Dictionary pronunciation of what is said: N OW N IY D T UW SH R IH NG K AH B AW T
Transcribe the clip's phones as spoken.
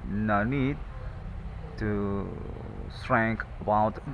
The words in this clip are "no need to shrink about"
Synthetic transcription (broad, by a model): N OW N IY D T UW S R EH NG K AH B AW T